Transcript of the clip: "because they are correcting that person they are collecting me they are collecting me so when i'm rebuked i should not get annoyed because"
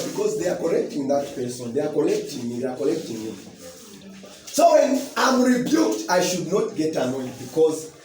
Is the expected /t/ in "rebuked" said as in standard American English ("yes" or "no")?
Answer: yes